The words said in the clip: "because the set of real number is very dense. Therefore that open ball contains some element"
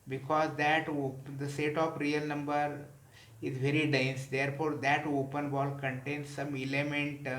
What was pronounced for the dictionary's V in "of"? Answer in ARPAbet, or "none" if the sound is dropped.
P